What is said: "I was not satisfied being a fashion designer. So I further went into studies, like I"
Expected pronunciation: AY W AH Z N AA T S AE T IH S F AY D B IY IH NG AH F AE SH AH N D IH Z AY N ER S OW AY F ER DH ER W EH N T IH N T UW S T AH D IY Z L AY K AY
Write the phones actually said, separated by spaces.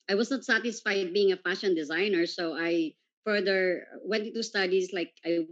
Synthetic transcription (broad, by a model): AY W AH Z N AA T S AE T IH S F AY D B IY IH NG AH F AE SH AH N D IH Z AY N ER S OW AY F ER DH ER W EH N T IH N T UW S T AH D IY S L AY K AY